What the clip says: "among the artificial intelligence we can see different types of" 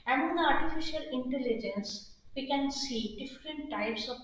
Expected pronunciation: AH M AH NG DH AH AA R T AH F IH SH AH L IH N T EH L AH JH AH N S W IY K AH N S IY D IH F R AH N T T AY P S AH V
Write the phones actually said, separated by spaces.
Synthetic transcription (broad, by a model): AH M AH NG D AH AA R T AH F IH SH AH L IH N T EH L AH JH AH N S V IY K AH N S IY D IH F R AH N T T AY P S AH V